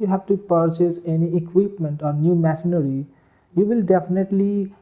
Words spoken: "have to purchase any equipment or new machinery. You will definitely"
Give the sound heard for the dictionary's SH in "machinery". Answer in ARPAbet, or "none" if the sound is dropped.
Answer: S